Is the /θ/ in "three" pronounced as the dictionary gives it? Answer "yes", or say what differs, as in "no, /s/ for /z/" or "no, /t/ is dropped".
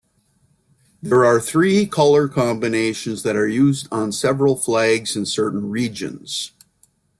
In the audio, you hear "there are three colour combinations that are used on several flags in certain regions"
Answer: yes